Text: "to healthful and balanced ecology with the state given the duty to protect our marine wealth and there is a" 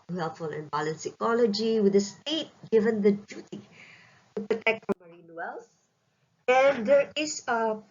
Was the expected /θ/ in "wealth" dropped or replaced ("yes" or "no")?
yes